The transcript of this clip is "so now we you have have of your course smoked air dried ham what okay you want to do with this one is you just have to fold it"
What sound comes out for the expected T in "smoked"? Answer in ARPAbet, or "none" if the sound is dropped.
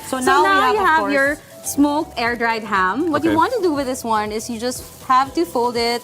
none